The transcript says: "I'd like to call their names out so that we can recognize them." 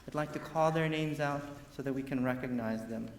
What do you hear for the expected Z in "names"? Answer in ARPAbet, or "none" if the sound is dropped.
Z